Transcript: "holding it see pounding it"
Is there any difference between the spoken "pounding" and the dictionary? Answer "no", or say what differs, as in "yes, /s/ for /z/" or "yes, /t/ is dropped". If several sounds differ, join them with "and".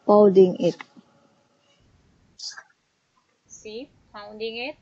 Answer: yes, /n/ is dropped